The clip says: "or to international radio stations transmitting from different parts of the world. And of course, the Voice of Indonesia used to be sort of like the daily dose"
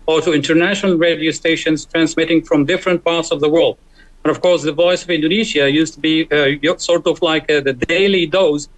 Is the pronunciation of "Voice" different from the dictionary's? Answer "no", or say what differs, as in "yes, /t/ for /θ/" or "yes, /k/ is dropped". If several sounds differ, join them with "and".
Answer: no